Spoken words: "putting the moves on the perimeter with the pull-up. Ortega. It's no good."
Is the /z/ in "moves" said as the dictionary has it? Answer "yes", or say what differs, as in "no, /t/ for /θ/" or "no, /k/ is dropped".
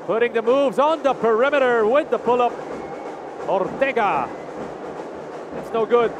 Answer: yes